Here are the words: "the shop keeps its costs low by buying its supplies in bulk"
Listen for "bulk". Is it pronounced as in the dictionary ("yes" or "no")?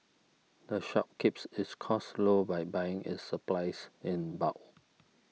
no